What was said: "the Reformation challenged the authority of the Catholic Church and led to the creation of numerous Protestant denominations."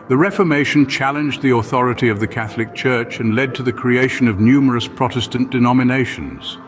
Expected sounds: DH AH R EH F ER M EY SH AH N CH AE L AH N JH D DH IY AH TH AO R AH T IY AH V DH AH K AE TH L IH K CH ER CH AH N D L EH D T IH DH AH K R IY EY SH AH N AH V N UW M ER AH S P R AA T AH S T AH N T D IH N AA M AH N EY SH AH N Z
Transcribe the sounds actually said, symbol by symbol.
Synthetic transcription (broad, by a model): DH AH R EH F ER M EY SH AH N CH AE L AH N JH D DH IY AH TH AO R AH T IY AH V DH AH K AE TH L IH K CH ER CH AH N L EH D T IH DH AH K R IY EY SH AH N AH V N UW M ER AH S P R AA T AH S T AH N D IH N AA M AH N EY SH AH N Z